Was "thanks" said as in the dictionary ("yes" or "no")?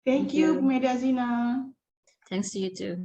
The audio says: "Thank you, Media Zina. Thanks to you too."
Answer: no